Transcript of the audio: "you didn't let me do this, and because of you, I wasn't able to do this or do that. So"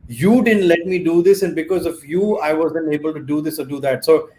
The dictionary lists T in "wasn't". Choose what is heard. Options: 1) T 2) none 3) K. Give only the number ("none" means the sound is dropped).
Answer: 2